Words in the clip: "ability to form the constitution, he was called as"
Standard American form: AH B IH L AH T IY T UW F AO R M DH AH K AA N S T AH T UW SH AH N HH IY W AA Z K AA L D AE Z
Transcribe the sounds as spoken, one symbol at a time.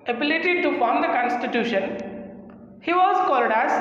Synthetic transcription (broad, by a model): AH B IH L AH T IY T UW F AO R M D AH K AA N S T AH T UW SH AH N HH IY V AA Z K AA L D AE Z